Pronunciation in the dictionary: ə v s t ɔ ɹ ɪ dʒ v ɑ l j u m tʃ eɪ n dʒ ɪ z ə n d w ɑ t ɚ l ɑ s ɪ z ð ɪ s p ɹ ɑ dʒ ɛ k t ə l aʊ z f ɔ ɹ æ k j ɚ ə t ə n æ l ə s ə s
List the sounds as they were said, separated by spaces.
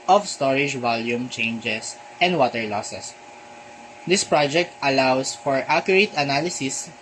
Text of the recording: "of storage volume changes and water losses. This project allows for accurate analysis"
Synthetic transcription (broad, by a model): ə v s t ɔ ɹ ɪ dʒ v ɑ l j u m tʃ eɪ n dʒ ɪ s ə n d w ɑ t ɚ l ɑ s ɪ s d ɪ s p ɹ ɑ dʒ ɛ k t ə l aʊ s f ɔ ɹ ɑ k j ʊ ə t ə n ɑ l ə s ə s